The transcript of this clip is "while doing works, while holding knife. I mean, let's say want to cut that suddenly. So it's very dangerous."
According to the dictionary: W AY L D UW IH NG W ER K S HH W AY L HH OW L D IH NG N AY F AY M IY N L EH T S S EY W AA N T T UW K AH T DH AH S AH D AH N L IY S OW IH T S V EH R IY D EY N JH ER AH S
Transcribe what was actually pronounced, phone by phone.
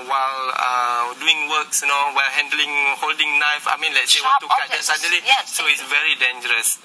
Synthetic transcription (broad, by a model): W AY L D UW IH NG W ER K S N W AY L HH OW L D IH NG N AY F AY M IY N L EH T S S EY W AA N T T UW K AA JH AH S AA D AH L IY S OW IH T S V EH R IY D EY N JH ER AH S